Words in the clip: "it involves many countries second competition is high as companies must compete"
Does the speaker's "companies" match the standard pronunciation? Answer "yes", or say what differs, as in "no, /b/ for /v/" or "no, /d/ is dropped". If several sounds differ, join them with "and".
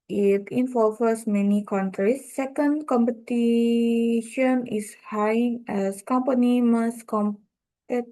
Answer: no, /z/ is dropped